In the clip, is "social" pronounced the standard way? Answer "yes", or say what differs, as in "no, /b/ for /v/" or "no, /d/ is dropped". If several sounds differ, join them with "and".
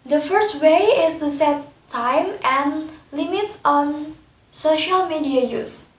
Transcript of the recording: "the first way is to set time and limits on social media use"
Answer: yes